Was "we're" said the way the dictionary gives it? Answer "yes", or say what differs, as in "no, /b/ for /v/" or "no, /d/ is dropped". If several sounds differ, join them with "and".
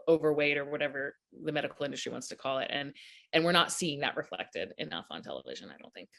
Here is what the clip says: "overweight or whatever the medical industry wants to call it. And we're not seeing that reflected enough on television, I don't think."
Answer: yes